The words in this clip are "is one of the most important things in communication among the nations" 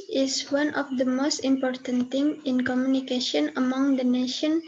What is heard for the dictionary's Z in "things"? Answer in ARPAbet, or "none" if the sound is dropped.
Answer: none